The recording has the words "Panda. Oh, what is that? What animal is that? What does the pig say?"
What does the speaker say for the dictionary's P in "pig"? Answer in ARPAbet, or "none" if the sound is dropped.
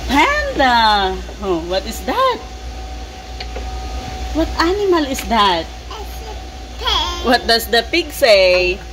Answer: P